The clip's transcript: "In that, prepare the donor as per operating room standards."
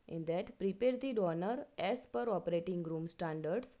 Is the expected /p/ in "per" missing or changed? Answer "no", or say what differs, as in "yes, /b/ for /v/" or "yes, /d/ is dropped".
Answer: no